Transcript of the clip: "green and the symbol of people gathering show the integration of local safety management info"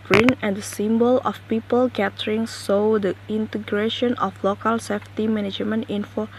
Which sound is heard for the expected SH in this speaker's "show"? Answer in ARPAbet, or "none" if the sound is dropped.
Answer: S